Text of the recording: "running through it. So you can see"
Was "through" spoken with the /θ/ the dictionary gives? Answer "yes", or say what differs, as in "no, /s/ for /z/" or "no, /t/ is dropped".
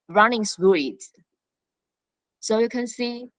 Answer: no, /s/ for /θ/